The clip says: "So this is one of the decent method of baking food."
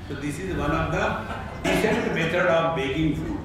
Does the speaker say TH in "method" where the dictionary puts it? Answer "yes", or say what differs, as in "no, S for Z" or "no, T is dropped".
no, T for TH